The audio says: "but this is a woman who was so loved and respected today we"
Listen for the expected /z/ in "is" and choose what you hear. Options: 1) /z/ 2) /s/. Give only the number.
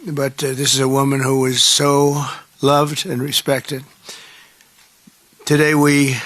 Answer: 1